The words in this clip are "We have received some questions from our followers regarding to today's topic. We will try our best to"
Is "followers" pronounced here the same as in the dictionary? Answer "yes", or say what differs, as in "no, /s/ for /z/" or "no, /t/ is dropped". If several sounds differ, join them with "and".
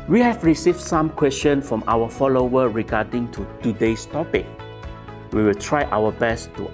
no, /z/ is dropped